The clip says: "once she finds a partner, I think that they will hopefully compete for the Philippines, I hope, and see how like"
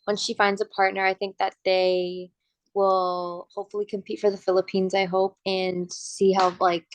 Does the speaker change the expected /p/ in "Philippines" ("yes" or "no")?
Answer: no